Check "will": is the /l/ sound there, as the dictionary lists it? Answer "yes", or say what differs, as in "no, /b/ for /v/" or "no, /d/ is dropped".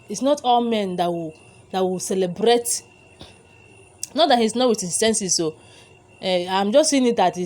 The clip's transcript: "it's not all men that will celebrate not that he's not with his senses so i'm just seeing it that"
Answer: no, /w/ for /l/